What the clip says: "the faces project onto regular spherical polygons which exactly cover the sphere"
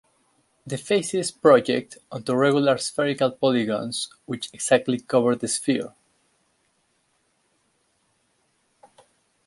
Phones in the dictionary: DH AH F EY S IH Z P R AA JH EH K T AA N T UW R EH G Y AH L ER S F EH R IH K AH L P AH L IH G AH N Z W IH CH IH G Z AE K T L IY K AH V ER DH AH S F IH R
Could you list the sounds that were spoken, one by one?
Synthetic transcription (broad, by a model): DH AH F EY S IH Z P R AA JH EH K T AA N T UW R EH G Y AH L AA S F EH R IH K AH L P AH L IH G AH N S W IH CH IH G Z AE K T L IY K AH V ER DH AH S F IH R